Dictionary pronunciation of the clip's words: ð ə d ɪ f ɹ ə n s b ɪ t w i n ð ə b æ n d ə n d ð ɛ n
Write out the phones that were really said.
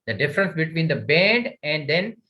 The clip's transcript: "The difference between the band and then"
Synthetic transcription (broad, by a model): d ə d ɪ f ɹ ə n s b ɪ t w i n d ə b æ n d ə n d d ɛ n